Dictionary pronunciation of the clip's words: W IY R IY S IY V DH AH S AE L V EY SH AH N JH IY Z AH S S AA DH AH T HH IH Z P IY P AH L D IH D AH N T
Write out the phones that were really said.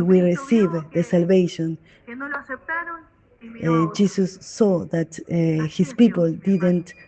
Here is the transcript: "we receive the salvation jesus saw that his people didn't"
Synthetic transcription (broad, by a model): W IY R IY S IY V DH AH S AE L V EY SH AH N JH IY S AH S S AA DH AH T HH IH S P IY P AH L D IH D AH N T